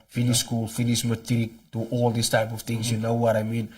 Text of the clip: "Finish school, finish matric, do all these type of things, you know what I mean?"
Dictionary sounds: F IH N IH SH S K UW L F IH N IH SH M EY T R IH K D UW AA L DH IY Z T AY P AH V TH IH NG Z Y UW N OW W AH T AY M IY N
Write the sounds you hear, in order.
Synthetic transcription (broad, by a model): F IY N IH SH S K UW L F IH N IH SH M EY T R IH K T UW AA L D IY S T AY P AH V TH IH NG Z Y UW N OW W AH T AY M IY N